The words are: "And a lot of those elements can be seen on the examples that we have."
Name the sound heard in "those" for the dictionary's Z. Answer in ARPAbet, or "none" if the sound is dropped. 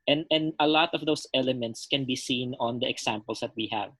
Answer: S